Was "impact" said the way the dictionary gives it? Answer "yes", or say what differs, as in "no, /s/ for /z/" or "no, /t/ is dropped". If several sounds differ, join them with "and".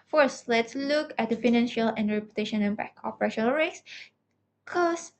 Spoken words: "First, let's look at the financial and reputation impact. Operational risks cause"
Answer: no, /t/ is dropped